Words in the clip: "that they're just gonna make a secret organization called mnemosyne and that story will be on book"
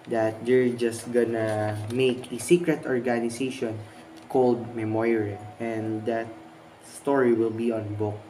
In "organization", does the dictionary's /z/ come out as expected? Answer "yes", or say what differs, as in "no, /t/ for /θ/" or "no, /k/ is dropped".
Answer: no, /s/ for /z/